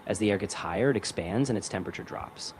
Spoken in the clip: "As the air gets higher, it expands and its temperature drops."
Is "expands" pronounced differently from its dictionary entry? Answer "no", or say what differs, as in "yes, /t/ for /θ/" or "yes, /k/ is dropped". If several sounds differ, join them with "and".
no